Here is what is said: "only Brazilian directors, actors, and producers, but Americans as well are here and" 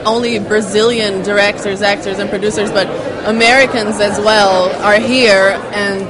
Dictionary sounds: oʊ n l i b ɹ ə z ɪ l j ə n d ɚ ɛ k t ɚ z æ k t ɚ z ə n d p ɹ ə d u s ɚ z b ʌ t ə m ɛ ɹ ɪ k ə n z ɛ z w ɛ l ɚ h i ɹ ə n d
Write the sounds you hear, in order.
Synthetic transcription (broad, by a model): oʊ n l i b ɹ ə z ɪ l j ə n d ɚ ɛ k t ɚ z æ k t ɚ z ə n p ɹ ə d u s ɚ z b ʌ t ə m ɛ ɹ ɪ k ə n z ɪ z w ɛ l ɚ h i ɹ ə n